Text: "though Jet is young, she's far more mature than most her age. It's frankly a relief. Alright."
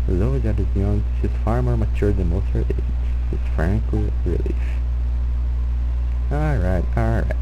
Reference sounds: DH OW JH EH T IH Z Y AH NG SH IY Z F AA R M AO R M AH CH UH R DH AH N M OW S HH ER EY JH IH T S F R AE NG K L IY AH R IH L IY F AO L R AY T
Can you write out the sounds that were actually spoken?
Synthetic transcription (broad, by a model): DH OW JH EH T IH Z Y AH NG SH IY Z F AA R M AO R M AH CH UH R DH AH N M OW S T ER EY SH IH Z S F R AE NG K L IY AH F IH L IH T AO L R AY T